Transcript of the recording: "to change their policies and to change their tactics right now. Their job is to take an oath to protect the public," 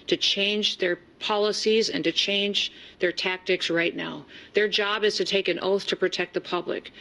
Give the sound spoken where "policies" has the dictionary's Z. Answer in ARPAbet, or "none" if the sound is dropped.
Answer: Z